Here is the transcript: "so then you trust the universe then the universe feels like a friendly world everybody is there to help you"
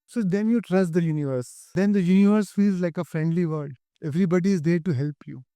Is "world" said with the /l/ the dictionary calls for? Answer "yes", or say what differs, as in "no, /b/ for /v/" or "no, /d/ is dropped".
no, /l/ is dropped